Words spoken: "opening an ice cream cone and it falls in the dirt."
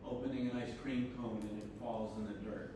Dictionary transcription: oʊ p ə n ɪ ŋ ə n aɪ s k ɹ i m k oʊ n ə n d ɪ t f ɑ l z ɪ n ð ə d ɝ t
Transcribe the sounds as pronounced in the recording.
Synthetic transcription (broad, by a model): oʊ p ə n ɪ ŋ ə n aɪ s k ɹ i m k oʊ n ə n ɪ t f ɑ l z ɪ n ð ə d ɝ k